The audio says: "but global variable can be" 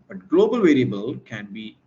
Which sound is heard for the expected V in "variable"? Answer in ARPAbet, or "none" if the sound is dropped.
V